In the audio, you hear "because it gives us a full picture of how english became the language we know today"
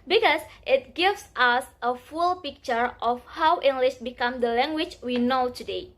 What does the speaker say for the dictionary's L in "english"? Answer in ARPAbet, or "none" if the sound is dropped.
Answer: L